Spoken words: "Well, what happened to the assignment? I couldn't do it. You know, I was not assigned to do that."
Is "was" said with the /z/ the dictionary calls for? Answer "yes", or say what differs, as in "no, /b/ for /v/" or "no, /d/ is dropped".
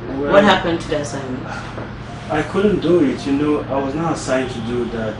yes